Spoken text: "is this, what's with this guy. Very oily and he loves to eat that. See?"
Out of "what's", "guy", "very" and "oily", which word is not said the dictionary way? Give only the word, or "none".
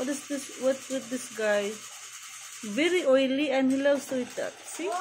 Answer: what's